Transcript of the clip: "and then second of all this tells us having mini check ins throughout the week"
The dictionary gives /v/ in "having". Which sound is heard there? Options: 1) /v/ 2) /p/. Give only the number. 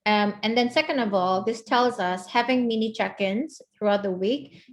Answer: 1